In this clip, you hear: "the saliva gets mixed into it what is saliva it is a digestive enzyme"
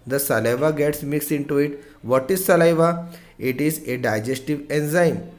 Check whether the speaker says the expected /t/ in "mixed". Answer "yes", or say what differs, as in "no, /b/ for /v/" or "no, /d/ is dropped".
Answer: no, /t/ is dropped